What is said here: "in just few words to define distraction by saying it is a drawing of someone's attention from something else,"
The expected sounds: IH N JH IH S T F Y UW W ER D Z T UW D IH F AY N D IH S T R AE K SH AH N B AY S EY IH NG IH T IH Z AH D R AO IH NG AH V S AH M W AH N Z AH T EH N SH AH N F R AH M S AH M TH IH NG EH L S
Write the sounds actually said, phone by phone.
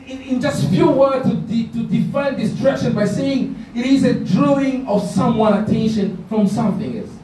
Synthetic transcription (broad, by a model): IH N JH IH S T F Y UW W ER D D T UW D IH F AY N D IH S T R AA K SH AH N B AY S EY IH NG IH T IH Z AH D R AO IH NG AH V S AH M W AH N AH T EH N SH AH N F R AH M S AH M TH IH NG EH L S